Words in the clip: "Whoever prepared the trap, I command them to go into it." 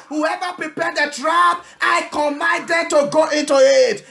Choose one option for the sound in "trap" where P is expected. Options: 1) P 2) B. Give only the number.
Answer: 2